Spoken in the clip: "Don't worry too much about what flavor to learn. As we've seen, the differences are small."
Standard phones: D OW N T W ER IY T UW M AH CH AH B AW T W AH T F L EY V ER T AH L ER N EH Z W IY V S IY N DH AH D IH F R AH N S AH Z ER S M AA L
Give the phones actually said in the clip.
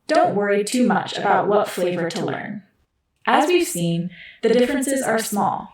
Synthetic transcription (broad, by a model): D OW N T W ER IY T UW M AH CH AH B AW T W AH T F L EY V ER T AH L ER N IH Z W IY V S IY N DH AH D IH F R AH N S AH Z ER S M AA L